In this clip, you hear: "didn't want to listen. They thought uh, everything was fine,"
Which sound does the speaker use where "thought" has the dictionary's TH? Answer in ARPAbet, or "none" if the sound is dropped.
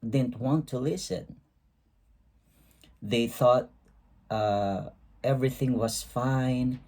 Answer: TH